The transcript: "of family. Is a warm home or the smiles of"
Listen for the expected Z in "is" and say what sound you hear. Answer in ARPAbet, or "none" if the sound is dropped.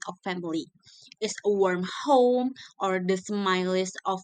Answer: S